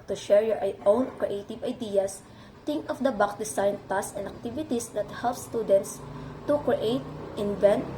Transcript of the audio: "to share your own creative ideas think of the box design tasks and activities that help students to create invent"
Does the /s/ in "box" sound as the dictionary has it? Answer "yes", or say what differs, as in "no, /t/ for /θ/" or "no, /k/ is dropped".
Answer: no, /s/ is dropped